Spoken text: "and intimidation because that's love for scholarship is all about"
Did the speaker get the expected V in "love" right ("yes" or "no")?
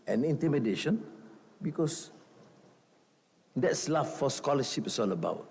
no